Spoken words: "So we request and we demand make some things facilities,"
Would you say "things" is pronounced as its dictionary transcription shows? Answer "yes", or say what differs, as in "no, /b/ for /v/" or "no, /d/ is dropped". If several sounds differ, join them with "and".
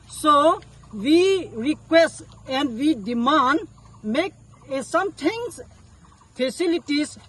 no, /t/ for /θ/